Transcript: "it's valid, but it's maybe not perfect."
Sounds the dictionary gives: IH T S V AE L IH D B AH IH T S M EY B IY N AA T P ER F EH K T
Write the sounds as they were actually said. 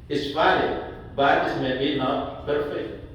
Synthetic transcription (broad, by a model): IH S P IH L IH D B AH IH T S M EY B IY N AA T P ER F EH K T